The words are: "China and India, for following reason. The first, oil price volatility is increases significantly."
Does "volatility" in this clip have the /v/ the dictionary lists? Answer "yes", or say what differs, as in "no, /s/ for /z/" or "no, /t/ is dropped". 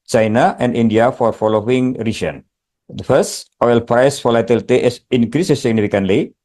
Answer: no, /f/ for /v/